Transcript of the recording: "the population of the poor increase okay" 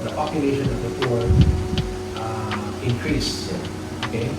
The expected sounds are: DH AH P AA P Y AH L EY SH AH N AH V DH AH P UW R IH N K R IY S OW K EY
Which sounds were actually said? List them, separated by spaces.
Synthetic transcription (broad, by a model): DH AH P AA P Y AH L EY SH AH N AH V DH AH F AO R IH N K R IY S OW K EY